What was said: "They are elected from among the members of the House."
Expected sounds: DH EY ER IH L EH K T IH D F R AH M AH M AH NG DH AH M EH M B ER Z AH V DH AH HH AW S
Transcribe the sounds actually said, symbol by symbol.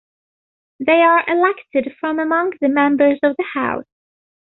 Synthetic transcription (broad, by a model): DH EY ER IH L EH K T IH D F R AH M AH M AH NG DH AH M EH M B ER Z AH V DH AH HH AW S